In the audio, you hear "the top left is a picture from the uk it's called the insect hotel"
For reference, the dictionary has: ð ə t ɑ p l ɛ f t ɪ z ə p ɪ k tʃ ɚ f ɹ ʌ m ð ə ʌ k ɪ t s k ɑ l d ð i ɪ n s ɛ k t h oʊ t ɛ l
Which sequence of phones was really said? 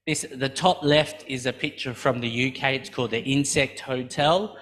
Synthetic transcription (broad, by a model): ð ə t ɑ p l ɛ f t ɪ z ə p ɪ k tʃ ɚ f ɹ ʌ m ð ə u k ɪ t s k ɑ l d ð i ɪ n s ɛ k t h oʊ t ɛ l